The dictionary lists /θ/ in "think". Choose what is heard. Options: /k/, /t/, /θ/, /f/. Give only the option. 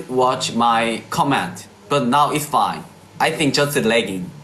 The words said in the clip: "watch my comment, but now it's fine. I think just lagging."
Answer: /θ/